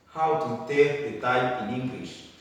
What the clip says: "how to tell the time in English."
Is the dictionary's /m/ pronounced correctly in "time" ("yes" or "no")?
no